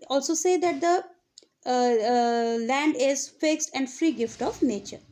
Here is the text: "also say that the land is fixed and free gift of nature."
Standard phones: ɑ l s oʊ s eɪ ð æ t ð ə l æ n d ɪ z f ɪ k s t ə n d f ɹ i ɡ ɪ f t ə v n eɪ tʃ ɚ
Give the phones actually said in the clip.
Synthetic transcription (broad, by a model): ɑ l s oʊ s eɪ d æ t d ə l æ n d ɪ z f ɪ k s t ə n d f ɹ i ɡ ɪ f t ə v n eɪ tʃ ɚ